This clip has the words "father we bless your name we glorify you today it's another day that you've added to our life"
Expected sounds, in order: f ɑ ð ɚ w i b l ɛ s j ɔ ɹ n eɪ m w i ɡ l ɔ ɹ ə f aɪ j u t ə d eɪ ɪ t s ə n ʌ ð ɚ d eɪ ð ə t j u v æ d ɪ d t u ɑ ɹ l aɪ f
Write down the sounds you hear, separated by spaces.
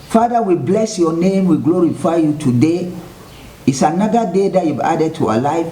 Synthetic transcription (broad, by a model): f ɑ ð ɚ w i b l ɛ s j ɔ n eɪ m w i ɡ l ɔ ɹ ə f aɪ j u t ə d eɪ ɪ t s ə n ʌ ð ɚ d eɪ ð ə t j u b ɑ d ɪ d t u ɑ l aɪ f